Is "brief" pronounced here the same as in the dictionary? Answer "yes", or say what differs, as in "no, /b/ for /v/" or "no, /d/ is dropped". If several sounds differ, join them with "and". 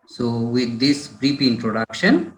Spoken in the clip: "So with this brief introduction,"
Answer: no, /p/ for /f/